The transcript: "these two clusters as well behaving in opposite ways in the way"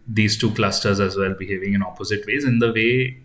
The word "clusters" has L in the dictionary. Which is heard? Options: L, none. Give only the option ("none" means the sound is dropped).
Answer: L